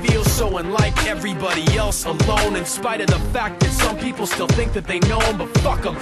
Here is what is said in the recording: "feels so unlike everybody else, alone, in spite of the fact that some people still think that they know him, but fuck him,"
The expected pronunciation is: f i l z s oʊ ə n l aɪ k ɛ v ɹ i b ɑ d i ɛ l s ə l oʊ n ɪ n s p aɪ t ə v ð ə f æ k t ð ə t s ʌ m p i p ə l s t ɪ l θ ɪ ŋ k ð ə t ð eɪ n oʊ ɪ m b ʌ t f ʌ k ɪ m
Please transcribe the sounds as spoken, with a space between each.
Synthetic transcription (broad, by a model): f i l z s oʊ ə n l aɪ k ɛ v ɹ i b ɑ d i ɛ l s ə l oʊ n ɪ n s p aɪ t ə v ð ə f æ k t ð ə t s ʌ m p i p l s t ɪ l θ ɪ ŋ k ð ə t ð eɪ n oʊ ɪ m b ʌ t f ʌ k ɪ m